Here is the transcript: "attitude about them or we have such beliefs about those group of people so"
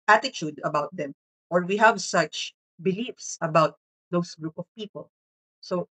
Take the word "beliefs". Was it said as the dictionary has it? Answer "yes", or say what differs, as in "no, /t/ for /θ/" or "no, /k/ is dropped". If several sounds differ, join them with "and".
yes